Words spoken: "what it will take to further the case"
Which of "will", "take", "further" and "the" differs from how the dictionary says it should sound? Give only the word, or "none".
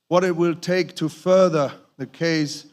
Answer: none